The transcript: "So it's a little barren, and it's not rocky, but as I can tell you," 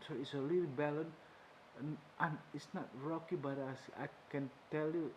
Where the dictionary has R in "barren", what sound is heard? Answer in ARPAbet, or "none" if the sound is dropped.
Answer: L